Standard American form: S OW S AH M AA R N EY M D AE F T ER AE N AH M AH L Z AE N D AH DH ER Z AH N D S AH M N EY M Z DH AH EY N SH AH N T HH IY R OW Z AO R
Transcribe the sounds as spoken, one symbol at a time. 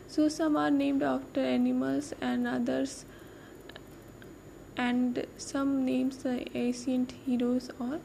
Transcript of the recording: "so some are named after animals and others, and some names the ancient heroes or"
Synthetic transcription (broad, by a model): S OW S AH M AA R N EY M D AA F T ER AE N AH M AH L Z AE N D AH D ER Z AH N D S AH M N EY M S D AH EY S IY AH N T HH IY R OW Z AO R